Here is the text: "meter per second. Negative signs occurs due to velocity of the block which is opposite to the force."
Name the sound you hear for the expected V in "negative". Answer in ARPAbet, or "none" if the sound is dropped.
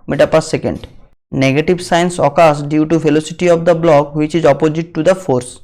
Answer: B